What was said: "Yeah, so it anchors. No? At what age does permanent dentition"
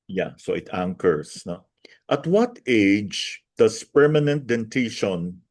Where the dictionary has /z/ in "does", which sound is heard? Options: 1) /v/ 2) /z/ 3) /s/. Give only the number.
3